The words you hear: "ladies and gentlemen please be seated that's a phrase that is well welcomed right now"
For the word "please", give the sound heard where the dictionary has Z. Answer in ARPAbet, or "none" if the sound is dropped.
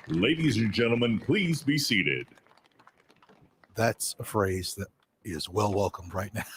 Z